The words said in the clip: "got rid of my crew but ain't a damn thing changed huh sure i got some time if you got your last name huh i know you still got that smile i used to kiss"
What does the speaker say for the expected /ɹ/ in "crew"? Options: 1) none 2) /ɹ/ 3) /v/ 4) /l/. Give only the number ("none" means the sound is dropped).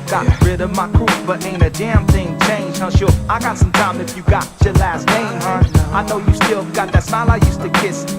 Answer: 1